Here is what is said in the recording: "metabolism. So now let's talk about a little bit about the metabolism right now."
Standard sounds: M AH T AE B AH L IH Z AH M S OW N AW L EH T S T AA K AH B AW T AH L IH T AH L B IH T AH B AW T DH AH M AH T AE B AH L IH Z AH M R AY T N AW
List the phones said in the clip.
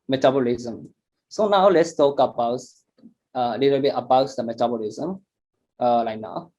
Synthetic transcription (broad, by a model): M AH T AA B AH L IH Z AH M S OW N AW L EH T S T AA K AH B AW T AH L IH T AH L B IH T AH B AW T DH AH M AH T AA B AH L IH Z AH M L AY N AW